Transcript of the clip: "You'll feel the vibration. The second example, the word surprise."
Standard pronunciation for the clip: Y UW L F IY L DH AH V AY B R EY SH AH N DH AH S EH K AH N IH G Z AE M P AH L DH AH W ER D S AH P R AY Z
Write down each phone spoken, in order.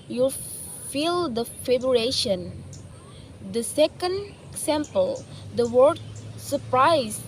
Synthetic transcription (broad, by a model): Y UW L F IY L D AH F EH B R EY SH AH N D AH S EH K AH N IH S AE M P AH L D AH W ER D S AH P R AY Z